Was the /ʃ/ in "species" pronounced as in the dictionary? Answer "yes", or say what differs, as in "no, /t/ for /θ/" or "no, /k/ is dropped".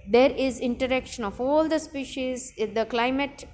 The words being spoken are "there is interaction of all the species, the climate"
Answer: yes